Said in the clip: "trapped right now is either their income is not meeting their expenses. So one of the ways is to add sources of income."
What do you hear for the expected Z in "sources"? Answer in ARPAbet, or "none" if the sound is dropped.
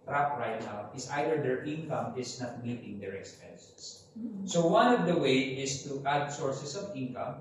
S